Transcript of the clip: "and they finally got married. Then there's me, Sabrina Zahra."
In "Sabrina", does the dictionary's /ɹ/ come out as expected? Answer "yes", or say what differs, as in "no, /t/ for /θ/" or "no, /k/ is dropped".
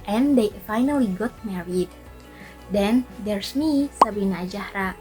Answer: no, /ɹ/ is dropped